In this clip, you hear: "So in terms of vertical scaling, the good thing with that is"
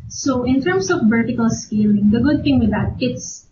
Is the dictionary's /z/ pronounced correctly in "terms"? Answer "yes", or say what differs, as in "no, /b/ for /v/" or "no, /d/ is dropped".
no, /s/ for /z/